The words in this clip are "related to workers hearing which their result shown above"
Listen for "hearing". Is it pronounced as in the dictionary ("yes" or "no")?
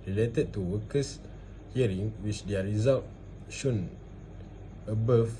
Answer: yes